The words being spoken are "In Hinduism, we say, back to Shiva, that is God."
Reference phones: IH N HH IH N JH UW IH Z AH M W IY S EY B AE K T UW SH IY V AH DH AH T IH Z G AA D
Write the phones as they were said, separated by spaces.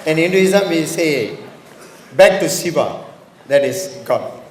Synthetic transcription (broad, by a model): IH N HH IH N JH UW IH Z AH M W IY S EY B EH K T UW S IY B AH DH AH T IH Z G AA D